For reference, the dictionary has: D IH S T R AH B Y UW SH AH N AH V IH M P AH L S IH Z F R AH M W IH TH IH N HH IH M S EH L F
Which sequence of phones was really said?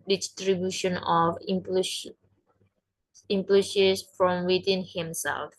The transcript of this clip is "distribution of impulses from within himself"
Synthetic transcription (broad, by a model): D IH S T R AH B Y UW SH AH N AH P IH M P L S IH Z F R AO M W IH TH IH N HH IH M S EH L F